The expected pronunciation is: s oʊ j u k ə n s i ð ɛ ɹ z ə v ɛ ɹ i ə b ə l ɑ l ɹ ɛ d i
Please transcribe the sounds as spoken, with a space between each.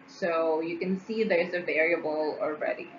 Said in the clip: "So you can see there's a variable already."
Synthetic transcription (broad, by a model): s oʊ j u k ə n s i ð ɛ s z ə v ɛ ɹ i ə b ə l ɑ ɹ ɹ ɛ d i